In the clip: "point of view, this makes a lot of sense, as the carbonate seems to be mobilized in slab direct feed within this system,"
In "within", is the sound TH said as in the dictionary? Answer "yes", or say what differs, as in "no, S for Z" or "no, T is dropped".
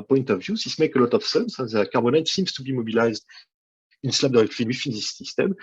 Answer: no, F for TH